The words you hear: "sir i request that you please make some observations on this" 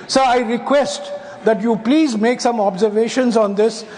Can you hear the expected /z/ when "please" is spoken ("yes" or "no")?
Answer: yes